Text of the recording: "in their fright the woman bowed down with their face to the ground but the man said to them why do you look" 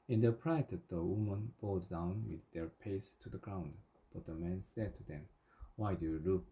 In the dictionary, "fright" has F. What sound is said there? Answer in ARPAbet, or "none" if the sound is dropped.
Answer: P